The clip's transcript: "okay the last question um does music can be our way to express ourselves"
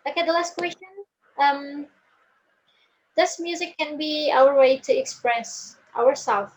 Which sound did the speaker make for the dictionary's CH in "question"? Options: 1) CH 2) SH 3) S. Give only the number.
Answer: 1